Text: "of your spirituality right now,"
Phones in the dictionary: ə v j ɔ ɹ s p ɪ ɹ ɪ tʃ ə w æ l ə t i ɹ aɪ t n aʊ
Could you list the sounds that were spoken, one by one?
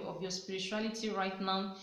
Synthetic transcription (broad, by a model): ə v j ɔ s p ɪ ɹ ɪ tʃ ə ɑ l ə t i ɹ aɪ t n aʊ